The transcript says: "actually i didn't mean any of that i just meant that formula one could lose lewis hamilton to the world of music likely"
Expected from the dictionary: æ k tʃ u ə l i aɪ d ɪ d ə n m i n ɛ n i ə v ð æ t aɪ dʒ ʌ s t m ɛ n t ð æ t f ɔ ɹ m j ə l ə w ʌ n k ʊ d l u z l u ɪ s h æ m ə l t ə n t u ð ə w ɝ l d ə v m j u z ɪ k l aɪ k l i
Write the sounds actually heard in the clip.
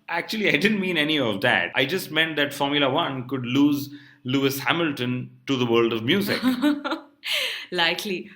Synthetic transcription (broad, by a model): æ k tʃ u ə l i aɪ d ɪ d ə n m i n ɛ n i ə v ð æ t aɪ dʒ ʌ s t m ɛ n t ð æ t f ɔ ɹ m j ə l ə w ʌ n k ʊ d l u z l u ɪ s h æ m ə l t ə n t u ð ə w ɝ l d ə v m j u z ɪ k l aɪ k l i